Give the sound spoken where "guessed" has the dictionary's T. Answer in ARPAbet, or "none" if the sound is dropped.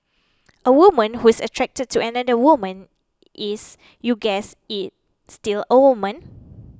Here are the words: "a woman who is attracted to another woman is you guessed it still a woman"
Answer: none